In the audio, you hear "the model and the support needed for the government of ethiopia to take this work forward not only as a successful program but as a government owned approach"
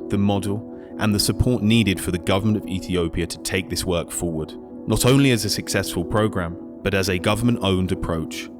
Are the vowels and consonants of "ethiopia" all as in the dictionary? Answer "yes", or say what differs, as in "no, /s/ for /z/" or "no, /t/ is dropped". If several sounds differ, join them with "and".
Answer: yes